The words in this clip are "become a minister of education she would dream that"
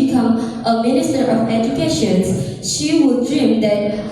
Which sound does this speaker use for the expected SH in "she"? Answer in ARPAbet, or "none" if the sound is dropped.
SH